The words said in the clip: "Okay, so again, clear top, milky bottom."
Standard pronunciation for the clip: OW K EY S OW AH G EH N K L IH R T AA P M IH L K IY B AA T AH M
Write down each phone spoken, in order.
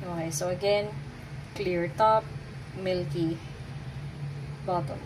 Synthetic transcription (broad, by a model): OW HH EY S OW AH G EH N K L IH R T AA P M IH L K IY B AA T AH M